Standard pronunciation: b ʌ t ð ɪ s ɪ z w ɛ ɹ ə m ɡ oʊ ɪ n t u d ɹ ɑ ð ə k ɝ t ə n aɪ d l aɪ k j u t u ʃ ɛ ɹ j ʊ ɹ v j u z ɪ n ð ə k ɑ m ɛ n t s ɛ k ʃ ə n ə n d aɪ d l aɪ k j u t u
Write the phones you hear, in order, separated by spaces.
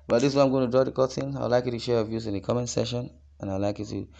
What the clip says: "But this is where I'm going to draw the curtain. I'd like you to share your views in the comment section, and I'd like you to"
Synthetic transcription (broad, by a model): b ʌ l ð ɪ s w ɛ ə m ɡ oʊ ɪ n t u d ɹ ɑ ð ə k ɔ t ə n aɪ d l aɪ k j u t u ʃ ɛ ɹ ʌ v j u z ɪ n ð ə k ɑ m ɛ n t s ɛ ʃ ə n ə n aɪ l aɪ k j u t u